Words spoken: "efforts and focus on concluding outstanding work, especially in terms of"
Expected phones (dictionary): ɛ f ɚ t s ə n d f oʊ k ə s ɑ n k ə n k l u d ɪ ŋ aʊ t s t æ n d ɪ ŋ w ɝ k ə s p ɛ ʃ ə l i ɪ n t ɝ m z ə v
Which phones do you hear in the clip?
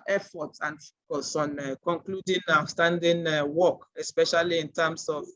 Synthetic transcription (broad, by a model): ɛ f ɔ t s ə n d f oʊ k ə s ɑ n k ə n k l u d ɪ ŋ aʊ s t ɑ n d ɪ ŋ w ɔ k ə s p ɛ ʃ ə l i ɪ n t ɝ m s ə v